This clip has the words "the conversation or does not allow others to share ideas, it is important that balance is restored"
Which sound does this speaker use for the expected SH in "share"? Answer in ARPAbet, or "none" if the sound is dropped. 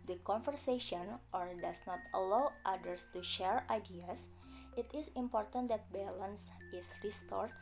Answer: SH